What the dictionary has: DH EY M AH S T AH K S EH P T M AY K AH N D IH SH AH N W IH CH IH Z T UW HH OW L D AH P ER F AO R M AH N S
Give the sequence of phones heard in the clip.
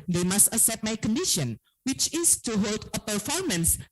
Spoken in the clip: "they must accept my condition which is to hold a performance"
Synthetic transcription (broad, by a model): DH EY M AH S T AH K S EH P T M AY K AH N D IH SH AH N W IH CH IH S T UW HH OW L D AH P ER F AO R M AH N S